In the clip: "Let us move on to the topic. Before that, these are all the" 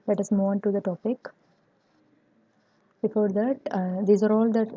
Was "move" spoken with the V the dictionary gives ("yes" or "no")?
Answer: no